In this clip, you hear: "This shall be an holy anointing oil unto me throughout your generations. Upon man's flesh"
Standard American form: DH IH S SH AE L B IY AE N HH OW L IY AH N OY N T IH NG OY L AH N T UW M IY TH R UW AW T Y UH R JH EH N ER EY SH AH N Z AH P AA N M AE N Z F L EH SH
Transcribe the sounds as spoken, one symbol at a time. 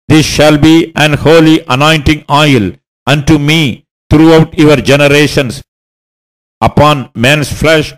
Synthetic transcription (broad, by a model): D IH S SH AE L B IY AE N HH OW L IY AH N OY N T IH NG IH L AH N T UW M IY T R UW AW T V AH R JH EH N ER EY SH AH N S AH P AA N M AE N S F L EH SH